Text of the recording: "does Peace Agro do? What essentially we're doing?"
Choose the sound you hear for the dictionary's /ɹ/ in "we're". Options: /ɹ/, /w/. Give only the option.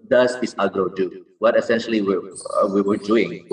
/w/